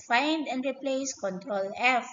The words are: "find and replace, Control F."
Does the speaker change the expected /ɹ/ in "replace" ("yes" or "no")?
no